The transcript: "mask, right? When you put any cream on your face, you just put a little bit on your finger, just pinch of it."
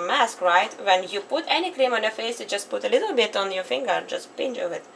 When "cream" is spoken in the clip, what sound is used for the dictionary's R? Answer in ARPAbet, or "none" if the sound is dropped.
L